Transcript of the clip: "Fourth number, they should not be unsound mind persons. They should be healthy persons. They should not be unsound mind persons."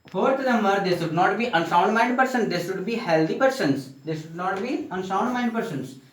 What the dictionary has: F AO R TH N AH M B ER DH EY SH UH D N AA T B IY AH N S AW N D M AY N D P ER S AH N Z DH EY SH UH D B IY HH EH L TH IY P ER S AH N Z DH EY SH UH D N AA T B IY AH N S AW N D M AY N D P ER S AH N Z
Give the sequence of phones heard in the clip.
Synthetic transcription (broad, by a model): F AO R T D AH M ER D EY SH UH D N AA T B IY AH N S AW N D M AY N D P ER S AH N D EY SH UH D B IY HH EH L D IY P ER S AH N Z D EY SH UH D N AA T B IY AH N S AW N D M AY N D P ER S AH N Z